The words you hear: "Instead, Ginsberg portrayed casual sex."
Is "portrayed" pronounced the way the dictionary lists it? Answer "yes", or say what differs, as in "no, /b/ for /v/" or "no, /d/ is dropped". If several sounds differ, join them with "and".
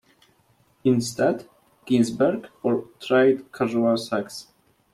no, /f/ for /p/